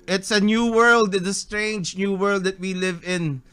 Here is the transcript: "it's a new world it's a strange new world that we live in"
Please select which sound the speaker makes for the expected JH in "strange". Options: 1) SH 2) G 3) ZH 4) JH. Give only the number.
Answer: 4